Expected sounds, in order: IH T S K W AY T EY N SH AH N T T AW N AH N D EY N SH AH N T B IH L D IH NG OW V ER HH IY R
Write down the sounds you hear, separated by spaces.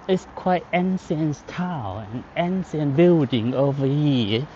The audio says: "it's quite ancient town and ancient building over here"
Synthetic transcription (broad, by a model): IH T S K W AY T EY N S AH N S T AW AH N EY N S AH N B IH L D IH NG OW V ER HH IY